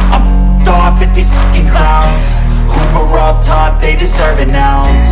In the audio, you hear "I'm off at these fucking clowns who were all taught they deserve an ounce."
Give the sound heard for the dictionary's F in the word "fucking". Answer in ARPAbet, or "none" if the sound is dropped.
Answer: P